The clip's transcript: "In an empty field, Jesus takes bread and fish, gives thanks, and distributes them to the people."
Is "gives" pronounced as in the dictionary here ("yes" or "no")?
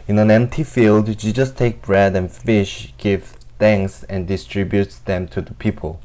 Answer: no